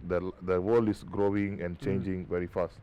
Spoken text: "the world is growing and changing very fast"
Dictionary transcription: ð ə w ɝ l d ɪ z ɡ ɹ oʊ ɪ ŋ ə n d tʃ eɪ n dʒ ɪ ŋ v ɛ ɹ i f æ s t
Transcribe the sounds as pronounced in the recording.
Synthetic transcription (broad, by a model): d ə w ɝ l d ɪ s ɡ ɹ oʊ ɪ ŋ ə n tʃ eɪ n dʒ ɪ ŋ v ɛ ɹ i f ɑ s t